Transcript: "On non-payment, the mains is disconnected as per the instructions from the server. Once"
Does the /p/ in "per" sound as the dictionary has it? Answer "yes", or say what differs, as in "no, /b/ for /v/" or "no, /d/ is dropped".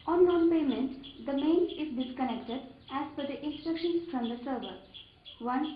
no, /f/ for /p/